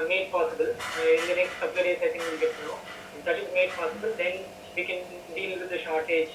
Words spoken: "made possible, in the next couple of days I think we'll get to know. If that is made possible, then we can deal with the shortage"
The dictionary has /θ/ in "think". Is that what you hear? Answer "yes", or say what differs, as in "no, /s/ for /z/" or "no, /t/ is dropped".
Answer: no, /s/ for /θ/